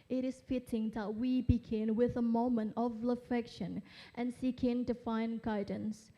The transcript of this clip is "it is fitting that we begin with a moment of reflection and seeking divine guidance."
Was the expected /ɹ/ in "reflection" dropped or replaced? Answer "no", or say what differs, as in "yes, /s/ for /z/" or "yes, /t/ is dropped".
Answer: yes, /l/ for /ɹ/